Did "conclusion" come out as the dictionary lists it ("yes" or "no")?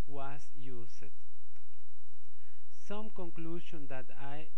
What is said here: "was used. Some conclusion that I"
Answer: no